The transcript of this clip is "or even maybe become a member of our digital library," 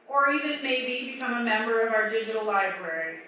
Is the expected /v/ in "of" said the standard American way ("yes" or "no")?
yes